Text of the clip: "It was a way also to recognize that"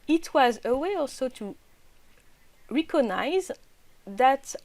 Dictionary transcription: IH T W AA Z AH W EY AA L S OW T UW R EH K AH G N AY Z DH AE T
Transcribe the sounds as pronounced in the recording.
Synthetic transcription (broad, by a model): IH T W AA Z AH W EY AA L S OW T UW R EH K AH G N AY Z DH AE T